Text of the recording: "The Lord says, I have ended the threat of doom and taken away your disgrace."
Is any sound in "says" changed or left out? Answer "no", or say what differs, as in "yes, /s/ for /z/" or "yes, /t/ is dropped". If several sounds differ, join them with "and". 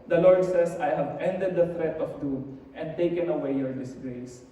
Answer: yes, /s/ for /z/